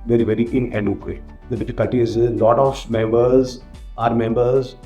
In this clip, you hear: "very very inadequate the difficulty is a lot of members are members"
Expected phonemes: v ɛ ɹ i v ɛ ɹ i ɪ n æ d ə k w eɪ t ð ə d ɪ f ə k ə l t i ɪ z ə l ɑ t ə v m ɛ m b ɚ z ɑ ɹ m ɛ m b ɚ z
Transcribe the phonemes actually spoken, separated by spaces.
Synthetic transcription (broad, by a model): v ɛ ɹ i v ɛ ɹ i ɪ n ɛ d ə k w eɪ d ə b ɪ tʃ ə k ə t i ɪ z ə l ɑ t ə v m ɛ m b ɚ z ɑ ɹ m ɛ m b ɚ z